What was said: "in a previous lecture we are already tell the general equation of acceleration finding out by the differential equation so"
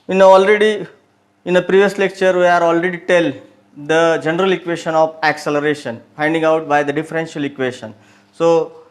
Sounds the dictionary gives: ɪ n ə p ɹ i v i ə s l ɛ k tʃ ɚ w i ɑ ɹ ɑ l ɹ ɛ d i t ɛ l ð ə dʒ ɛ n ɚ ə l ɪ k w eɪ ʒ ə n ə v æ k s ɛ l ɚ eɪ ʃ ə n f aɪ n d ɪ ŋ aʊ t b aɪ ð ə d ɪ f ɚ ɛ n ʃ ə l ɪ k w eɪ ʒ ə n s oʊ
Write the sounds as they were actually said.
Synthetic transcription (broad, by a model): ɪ n ə p ɹ i v i ə s l ɛ k tʃ ɚ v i ɑ ɹ ɑ l ɹ ɛ d i t ɛ l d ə dʒ ɛ n ɚ ə l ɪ k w eɪ ʃ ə n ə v æ k s ɛ l ɚ eɪ ʃ ə n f aɪ n d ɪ ŋ aʊ t b aɪ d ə d ɪ f ɚ ɛ n ʃ ə l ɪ k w eɪ ʃ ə n s oʊ